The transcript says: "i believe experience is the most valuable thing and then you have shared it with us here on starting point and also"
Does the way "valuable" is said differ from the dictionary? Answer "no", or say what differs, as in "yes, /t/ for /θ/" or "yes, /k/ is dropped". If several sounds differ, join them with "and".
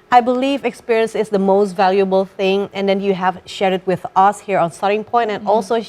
no